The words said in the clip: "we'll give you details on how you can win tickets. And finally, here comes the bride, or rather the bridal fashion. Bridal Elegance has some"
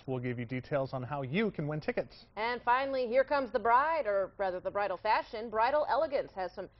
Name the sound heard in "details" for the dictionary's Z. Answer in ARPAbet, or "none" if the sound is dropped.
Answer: Z